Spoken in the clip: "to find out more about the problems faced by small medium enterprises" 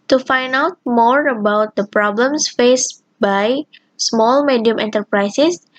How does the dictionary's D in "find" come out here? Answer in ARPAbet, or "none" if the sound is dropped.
none